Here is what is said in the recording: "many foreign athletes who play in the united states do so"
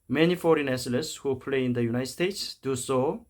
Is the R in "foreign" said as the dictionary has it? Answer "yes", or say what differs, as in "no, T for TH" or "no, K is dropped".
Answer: yes